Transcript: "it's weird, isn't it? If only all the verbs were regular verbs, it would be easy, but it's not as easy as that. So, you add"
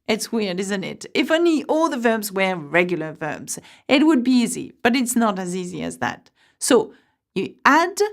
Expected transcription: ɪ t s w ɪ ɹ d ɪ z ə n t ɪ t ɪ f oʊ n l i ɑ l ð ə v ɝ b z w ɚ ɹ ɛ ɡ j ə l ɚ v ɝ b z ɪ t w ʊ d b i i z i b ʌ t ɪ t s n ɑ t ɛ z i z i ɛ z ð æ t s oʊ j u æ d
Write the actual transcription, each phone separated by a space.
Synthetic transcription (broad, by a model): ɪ t s w ɪ ɹ d ɪ z ə n t ɪ t ɪ f oʊ n l i ɑ l ð ə v ɝ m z w ɚ ɹ ɛ ɡ j l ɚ v ɝ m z ɪ t w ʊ d b i i z i b ʌ t ɪ t s n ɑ t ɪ z i z i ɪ z ð æ t s oʊ j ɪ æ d